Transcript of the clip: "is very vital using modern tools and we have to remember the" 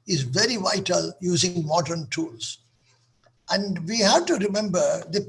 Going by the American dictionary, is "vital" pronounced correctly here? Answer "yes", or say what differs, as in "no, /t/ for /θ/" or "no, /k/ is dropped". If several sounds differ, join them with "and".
yes